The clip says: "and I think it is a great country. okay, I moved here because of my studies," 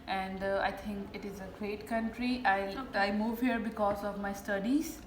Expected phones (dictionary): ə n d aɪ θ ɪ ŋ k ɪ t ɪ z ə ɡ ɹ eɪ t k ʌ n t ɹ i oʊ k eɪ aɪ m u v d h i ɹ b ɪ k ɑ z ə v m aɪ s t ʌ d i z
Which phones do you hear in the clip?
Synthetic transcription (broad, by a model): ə n d aɪ t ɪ ŋ k ɪ t ɪ z ə ɡ ɹ eɪ t k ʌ n t ɹ i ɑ ɪ aɪ m u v h i ɹ b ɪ k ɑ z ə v m aɪ s t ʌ d i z